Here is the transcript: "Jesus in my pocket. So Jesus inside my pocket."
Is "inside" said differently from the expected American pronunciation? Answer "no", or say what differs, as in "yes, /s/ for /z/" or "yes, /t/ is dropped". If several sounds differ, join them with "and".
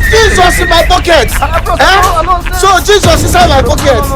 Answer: yes, /n/ is dropped